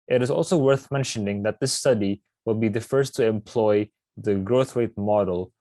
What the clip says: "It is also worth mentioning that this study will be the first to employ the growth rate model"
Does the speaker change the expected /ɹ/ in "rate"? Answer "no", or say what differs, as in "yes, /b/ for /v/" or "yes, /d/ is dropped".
yes, /w/ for /ɹ/